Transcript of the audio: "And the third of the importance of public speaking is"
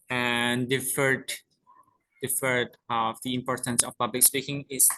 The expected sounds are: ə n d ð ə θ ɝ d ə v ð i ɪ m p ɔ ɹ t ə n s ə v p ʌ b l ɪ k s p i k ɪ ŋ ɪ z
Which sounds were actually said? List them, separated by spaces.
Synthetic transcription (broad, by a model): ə n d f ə f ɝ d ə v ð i ɪ m p ɔ ɹ t ə n s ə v p ʌ b l ɪ k s p i k ɪ ŋ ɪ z